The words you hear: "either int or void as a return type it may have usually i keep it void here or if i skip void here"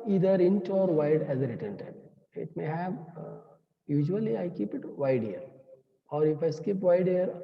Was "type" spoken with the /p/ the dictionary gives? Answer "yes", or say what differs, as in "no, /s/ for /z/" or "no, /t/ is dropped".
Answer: no, /p/ is dropped